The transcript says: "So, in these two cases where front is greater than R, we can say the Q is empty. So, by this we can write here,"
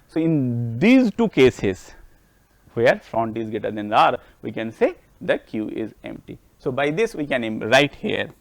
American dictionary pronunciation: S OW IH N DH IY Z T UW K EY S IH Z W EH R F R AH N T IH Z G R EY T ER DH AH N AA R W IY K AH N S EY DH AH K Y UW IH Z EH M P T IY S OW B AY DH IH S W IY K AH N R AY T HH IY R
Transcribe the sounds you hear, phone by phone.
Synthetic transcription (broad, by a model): S OW IH N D IY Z T UW K EY S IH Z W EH R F R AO N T IH Z G EY T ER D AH N AA R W IY K AH N S EY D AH K Y UW IH Z EH M P T IY S OW B AY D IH S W IY K AH N R AY T HH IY R